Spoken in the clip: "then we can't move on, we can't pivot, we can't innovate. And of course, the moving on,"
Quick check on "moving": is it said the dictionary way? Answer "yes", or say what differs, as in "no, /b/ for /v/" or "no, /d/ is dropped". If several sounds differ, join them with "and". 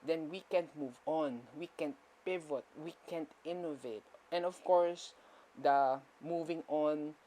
yes